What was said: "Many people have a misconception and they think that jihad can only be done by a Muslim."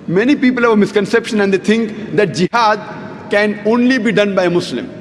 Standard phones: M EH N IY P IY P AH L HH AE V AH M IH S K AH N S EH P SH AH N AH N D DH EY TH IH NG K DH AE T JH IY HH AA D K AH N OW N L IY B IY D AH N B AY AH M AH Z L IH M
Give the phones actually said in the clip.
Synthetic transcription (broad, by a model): M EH N IY P IY P AH L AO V AH M IH S K AH N S EH P SH AH N AH N D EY T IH NG K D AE T JH IY HH AA D K AH N OW N L IY B IY D AH N B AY AH M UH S L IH M